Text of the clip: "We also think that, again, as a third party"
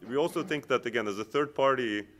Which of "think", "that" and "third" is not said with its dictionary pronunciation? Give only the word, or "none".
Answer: none